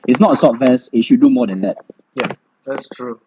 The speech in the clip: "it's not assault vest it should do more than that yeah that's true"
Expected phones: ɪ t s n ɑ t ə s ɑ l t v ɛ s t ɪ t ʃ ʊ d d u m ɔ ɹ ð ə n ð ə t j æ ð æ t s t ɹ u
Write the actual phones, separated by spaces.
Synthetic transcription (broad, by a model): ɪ t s n ɑ t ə s ɑ t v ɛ s ɪ t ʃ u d d u m ɔ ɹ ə n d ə t j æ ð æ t s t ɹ u